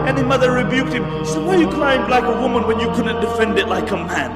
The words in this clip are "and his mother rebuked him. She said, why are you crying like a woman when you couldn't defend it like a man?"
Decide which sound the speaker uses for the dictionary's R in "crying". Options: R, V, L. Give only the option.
L